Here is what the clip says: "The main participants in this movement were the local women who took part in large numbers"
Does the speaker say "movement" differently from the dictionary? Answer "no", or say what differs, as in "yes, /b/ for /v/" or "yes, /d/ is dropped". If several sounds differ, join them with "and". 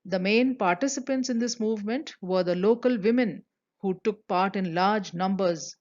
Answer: no